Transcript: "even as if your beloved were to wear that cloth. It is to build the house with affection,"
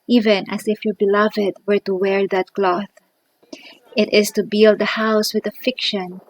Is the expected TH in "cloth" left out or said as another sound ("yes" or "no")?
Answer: no